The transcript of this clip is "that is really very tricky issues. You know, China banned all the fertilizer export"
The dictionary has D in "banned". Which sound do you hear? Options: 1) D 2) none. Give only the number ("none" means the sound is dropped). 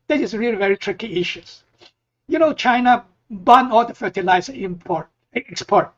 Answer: 2